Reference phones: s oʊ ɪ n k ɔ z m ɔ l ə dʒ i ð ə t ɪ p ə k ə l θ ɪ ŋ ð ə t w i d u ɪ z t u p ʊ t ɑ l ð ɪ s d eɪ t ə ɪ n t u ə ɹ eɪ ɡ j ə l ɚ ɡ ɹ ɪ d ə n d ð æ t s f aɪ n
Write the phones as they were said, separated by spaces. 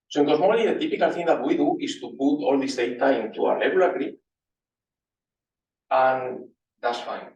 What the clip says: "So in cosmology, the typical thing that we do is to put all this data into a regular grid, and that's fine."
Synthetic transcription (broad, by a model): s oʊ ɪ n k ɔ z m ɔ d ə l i ð ə t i p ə k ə l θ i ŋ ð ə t w i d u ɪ s t u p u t ɑ l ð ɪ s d eɪ t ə ɪ n t u ə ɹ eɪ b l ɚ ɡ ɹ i ə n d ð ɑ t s f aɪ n